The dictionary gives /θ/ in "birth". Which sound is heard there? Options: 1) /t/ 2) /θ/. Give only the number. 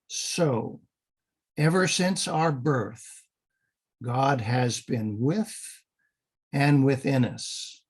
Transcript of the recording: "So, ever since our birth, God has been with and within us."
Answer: 2